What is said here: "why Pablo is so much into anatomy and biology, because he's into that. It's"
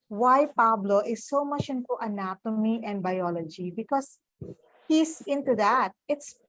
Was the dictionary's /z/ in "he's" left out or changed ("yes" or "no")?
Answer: yes